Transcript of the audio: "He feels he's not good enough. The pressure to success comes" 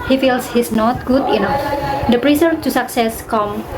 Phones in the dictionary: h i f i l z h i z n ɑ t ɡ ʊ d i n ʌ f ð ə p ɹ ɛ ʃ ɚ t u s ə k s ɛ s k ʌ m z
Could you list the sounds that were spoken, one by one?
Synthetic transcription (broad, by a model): h i f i l s h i s n ɑ t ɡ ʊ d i n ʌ f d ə p ɹ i s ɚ t u s ə k s ɛ s k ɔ m